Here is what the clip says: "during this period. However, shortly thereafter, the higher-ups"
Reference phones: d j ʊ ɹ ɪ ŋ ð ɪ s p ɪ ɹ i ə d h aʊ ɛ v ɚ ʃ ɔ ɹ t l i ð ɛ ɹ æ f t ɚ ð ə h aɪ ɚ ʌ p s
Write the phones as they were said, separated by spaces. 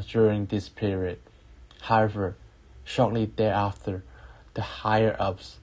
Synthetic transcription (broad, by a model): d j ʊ ɹ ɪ ŋ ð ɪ s p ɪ ɹ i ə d h aʊ ɛ v ɚ ʃ ɔ ɹ t l i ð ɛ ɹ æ f t ɚ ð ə h aɪ ɚ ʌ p s